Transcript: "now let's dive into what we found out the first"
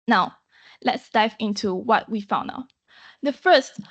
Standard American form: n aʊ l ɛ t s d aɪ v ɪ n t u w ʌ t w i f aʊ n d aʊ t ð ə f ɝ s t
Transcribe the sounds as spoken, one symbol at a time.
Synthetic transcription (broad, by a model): n aʊ l ɛ t s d aɪ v ɪ n t u w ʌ t w i f aʊ n aʊ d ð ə f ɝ s t